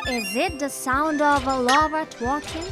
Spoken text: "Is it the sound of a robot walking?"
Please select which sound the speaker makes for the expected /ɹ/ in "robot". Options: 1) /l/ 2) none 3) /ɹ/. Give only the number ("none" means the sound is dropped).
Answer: 1